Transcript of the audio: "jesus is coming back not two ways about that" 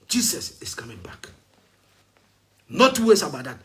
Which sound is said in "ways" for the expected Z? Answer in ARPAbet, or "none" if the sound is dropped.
S